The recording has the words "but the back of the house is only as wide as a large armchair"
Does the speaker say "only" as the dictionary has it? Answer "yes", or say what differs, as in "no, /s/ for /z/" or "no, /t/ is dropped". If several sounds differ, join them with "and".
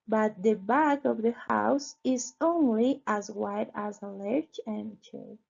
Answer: yes